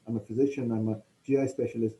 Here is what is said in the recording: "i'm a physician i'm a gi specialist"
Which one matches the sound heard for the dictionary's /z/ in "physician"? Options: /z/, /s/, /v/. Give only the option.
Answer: /z/